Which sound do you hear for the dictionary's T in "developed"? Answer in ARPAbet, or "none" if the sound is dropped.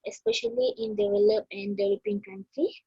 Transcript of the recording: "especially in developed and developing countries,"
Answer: none